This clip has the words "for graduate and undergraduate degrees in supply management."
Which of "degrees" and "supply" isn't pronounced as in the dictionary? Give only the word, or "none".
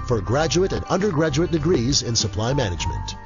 none